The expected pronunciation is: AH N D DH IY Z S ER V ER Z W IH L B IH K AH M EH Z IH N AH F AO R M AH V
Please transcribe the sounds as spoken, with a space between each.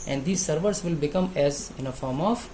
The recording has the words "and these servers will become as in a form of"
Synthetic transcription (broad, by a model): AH N D IY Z S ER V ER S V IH L B IH K AH M EH Z IH N AH F AO R M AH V